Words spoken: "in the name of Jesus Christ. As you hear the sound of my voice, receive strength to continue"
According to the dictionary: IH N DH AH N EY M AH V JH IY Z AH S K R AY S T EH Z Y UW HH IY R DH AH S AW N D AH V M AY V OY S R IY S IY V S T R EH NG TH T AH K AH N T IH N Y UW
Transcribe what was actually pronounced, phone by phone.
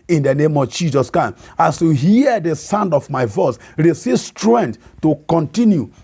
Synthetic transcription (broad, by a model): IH N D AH N EY M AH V JH IY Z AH S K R AY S AA S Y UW HH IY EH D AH S AW N D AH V M AY V OY S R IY S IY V S T R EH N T T AH K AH N T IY N Y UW